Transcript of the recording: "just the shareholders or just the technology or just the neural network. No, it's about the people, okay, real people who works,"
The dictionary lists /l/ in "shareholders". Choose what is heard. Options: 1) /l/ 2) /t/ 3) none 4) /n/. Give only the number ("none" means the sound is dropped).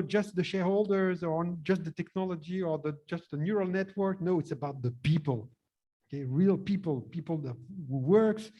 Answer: 1